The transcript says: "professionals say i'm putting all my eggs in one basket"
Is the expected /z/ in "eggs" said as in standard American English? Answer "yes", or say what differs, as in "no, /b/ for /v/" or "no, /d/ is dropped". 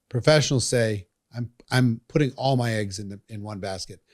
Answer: yes